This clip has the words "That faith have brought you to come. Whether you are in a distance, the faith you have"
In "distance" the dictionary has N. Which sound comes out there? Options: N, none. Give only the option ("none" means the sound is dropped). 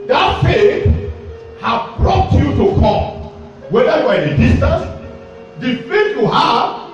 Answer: none